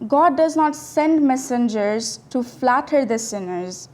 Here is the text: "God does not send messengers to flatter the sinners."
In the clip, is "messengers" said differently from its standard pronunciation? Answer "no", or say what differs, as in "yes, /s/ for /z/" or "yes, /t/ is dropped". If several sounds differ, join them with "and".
no